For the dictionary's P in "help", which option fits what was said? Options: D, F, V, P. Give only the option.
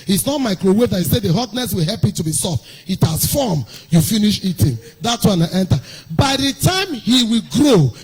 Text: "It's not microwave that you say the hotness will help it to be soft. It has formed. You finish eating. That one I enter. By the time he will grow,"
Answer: P